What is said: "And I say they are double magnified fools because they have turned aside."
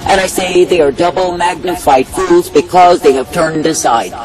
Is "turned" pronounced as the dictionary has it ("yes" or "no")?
yes